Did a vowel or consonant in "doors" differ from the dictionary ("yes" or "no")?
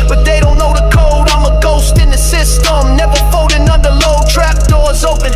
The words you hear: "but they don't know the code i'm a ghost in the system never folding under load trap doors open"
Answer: no